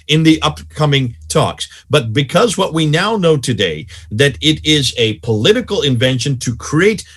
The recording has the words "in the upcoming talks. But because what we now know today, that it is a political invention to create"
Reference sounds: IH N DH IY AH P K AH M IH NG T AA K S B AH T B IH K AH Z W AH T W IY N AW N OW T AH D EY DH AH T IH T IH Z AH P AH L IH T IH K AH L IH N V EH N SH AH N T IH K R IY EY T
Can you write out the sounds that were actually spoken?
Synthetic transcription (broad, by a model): IH N DH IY AH P K AH M IH NG T AA K S B AH T B IH K AH Z W AH T W IY N AW N OW T AH D EY DH AH T IH T IH Z AH P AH L IH T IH K L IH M V EH N SH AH N T IH K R IY EY T